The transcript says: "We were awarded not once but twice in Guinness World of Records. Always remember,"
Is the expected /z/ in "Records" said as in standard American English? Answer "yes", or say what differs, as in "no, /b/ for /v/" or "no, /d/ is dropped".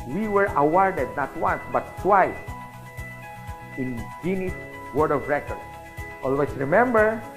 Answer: no, /z/ is dropped